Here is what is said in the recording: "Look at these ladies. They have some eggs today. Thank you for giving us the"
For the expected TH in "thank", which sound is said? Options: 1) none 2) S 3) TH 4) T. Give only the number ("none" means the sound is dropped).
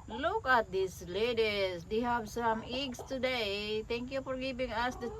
4